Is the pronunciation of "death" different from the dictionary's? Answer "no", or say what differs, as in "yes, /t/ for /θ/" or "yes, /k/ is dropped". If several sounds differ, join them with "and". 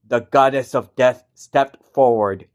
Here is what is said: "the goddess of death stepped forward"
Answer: no